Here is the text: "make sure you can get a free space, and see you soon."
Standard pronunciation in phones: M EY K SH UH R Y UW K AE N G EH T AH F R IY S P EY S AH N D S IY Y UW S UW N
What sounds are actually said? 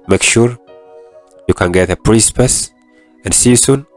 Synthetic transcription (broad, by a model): M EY K SH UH R Y UW K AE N G EH T AH P R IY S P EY S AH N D S IY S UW N